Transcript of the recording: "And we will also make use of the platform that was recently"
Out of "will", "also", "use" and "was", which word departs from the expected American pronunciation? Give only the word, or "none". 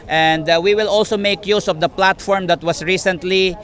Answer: was